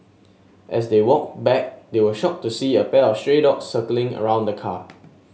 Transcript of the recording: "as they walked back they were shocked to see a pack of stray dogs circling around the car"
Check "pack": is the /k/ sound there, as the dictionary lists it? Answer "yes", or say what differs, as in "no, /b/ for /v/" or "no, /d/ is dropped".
no, /k/ is dropped